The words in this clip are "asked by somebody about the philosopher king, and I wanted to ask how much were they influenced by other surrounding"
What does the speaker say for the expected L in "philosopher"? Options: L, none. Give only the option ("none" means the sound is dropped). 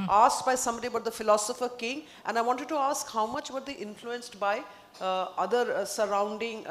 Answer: L